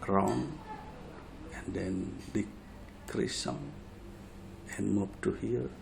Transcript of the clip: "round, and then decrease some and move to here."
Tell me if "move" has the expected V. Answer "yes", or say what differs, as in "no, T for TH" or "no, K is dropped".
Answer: no, P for V